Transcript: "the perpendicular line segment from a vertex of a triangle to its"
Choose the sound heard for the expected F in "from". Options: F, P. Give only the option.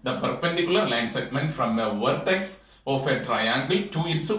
F